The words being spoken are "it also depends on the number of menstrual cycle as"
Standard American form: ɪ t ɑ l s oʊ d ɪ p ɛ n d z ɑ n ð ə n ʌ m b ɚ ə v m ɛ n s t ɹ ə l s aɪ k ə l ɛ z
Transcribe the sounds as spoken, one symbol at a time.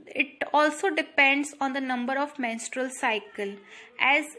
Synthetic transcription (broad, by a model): ɪ t ɑ l s oʊ d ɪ p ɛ n d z ɑ n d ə n ʌ m b ɚ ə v m ɛ n s t ɹ ə l s aɪ k ə l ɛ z